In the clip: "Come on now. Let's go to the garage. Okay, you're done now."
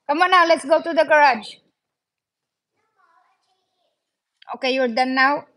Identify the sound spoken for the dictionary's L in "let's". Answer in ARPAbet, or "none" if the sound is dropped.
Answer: L